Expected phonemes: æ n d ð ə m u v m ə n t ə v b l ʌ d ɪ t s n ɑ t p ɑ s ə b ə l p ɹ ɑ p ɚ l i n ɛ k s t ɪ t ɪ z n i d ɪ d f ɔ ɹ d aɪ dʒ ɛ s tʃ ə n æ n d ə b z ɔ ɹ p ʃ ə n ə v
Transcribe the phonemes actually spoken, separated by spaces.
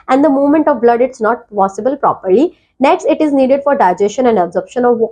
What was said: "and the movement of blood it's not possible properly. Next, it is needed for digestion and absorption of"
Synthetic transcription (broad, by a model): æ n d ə m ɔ m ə n t ə v b l ʌ d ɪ t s n ɑ t p ɑ s ə b ə l p ɹ ɑ p ɚ l i n ɛ k s t ɪ t ɪ z n i d ɪ d f ɔ ɹ d aɪ dʒ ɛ s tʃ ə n æ n d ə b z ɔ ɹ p ʃ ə n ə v